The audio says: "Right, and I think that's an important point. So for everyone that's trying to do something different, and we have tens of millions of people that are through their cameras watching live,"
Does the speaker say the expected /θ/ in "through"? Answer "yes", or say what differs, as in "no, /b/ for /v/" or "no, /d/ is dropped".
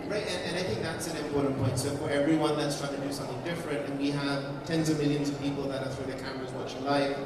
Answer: yes